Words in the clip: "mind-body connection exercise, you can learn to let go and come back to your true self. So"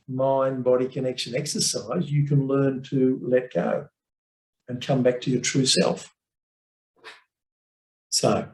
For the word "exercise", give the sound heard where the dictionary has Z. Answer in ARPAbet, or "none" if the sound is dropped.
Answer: Z